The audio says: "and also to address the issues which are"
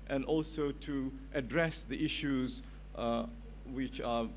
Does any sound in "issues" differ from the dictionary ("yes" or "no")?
no